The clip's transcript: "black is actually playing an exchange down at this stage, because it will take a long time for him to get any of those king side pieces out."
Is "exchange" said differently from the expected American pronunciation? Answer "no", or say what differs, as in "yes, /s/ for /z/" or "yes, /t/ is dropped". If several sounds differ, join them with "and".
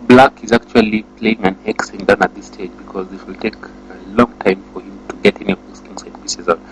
yes, /tʃ/ is dropped